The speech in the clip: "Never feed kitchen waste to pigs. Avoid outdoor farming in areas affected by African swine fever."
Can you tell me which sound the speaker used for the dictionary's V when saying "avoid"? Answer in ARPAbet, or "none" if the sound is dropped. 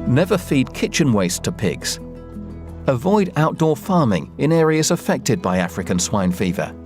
V